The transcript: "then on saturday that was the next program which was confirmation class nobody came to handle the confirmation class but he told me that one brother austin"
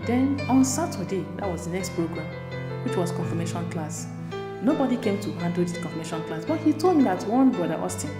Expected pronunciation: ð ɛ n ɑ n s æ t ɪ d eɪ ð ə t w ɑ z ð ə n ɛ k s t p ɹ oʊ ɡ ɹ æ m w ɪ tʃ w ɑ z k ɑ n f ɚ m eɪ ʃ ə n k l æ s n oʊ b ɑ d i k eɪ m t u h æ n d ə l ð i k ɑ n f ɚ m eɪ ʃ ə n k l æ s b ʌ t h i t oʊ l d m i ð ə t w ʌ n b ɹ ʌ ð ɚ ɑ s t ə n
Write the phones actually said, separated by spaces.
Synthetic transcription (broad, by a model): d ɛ n ɑ n s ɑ t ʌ d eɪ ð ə t w ɑ z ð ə n ɛ k s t p ɹ oʊ ɡ ɹ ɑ m w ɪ tʃ w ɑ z k ɑ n f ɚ m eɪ ʃ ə n k l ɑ s n oʊ b ɑ d i k eɪ m t u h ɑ n d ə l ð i k ɑ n f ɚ m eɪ ʃ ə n k l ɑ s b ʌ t h i t oʊ l d m i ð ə t w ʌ n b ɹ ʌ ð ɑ s t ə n